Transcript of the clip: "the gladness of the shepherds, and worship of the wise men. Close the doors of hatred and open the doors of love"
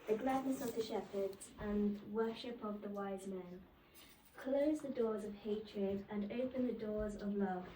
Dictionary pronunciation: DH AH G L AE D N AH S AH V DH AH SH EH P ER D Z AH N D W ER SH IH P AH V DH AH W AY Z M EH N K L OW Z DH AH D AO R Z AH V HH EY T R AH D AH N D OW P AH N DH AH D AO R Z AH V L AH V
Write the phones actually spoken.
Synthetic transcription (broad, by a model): DH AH G L AE D N AH S AH V DH AH SH EH P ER D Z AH N W ER SH IH P AH V DH AH W AY Z M EH N K L OW Z DH AH D AO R Z AH V HH EY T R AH D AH N OW P AH N DH AH D AO R Z AH V L AH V